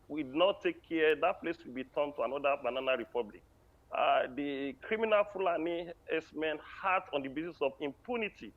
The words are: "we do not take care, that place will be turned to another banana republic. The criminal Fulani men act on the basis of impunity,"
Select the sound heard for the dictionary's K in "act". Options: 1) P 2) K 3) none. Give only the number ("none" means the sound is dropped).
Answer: 3